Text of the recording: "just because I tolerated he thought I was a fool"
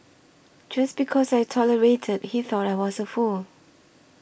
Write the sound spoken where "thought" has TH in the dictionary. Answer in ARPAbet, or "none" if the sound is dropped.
TH